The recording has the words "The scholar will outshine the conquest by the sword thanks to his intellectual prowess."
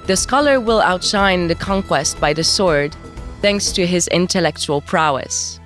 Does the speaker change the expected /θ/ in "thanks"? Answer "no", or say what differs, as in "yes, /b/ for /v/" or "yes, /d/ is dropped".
no